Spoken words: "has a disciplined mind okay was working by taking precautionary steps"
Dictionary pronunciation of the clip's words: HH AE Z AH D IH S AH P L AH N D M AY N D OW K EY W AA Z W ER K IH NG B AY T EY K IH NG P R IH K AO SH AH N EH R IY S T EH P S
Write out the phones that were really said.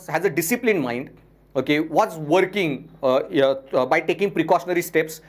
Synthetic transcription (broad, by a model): HH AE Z AH D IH S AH P L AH N M AY N D OW K EY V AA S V ER K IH NG B AY T EY K IH NG P R IH K AO SH AH N EH R IY S T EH P S